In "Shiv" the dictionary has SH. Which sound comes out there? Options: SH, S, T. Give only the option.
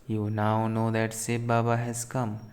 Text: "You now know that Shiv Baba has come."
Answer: S